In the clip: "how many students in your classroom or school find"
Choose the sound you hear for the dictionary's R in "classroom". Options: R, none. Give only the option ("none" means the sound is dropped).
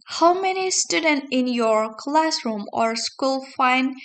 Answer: R